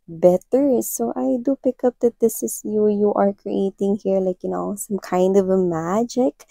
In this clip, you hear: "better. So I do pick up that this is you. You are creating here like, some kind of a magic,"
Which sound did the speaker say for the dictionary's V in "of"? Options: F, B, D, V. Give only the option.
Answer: V